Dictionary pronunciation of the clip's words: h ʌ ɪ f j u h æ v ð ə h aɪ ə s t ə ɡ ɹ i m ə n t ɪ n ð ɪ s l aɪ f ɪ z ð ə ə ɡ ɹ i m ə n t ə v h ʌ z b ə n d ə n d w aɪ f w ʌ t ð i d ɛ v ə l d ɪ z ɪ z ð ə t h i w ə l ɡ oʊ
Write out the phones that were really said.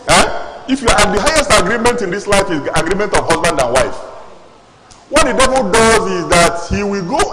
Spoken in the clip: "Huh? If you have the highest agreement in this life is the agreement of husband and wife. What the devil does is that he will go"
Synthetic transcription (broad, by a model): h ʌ ɪ f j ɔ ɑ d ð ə h aɪ ə s t ə ɡ ɹ i m ə n t ɪ n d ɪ s l aɪ f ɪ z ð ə ɡ ɹ i m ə n t ə v h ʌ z b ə n d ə n w aɪ f w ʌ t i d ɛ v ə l d ɪ z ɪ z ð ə t h i w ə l ɡ oʊ